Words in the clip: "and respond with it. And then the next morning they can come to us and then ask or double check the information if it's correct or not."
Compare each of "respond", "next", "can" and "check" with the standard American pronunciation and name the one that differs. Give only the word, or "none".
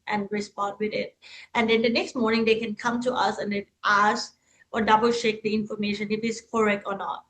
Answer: check